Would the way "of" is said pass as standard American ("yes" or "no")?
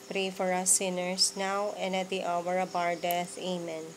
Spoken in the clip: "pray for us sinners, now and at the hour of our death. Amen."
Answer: no